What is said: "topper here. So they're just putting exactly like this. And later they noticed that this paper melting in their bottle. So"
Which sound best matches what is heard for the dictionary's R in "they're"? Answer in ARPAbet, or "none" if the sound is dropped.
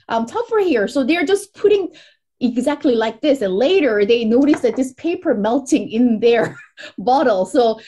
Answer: R